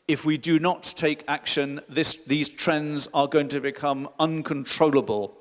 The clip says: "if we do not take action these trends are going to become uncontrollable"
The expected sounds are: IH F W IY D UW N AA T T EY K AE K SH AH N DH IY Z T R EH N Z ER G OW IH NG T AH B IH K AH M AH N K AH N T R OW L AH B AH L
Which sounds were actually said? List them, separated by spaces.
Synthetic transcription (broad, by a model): IH F W IY D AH N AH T T EY K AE K SH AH N DH IY Z T R EH N Z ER G OW IH NG T AH B IH K AH M AH N K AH N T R OW L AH B AH L